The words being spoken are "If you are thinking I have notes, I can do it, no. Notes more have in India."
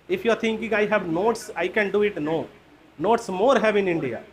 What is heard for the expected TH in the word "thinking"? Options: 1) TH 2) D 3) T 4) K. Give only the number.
3